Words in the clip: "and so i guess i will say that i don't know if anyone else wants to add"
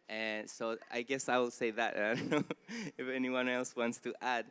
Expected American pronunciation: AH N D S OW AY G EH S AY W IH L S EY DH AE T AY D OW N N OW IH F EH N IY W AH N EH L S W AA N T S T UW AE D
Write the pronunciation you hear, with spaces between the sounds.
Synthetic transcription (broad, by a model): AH N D S OW AY G EH S AY W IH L S EY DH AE T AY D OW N N OW IH F EH N IY W AH N EH L S W AA N T S T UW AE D